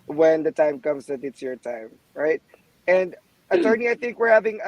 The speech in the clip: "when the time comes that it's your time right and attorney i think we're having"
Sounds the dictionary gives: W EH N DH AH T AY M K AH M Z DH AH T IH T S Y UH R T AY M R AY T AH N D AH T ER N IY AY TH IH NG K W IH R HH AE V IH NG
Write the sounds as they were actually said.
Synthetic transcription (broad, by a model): W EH N DH AH T AY M K AH M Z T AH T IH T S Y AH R T AY M R AY T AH N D AH T ER N IY AY TH IH NG K W IH R HH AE V IH NG